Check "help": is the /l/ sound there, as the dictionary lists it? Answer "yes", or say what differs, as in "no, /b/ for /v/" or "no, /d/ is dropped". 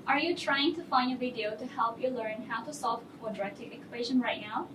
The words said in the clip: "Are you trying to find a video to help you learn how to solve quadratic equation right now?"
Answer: yes